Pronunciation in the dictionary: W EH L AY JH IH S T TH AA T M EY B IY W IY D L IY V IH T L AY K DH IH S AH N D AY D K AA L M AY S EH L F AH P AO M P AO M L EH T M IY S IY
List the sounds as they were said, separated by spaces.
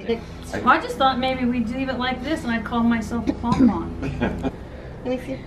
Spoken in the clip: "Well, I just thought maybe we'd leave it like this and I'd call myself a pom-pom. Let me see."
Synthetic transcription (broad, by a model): AY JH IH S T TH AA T M EY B IY W IY D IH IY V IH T L AY K DH IH S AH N AY D K AA L M AY S EH L F AH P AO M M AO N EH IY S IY